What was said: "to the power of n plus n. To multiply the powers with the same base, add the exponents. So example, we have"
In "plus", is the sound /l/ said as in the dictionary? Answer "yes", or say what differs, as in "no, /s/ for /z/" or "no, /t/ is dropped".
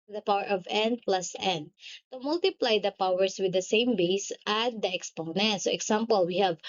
yes